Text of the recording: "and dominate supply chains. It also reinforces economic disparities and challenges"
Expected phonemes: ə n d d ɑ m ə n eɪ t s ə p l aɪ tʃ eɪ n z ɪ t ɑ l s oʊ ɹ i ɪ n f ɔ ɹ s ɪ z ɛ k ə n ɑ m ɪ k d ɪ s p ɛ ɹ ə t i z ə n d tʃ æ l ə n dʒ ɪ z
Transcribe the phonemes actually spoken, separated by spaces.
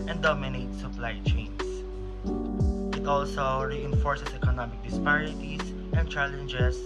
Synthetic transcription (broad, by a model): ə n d d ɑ m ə n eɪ t s ə p l aɪ tʃ eɪ n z ɪ t ɑ l s oʊ ɹ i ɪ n f ɔ ɹ s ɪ s ɛ k ə n ɑ m ɪ k d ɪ s p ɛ ɹ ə t i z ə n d tʃ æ l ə n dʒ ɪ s